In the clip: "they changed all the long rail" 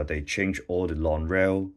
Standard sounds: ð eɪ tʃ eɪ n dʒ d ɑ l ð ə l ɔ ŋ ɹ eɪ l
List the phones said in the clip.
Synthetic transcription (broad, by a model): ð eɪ tʃ eɪ n dʒ ɑ l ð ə l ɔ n ɹ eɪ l